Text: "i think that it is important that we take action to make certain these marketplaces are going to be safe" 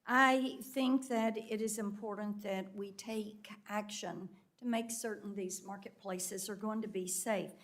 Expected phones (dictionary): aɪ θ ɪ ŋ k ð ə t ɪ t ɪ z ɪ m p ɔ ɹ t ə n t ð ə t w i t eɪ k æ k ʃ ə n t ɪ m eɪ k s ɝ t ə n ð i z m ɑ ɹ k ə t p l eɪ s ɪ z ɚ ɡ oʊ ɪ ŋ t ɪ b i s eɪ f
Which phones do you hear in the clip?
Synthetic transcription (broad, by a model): aɪ θ ɪ ŋ k ð ə t ɪ t ɪ z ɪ m p ɔ ɹ t n ð ə t w i t eɪ k æ k ʃ ə n t ɪ m eɪ k s ɝ t n ð i z m ɑ ɹ k ə t p l eɪ s ɪ z ɚ ɡ oʊ ɪ ŋ t ɪ b i s eɪ f